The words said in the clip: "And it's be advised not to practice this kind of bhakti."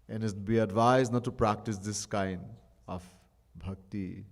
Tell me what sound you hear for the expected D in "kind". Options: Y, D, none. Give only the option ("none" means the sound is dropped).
D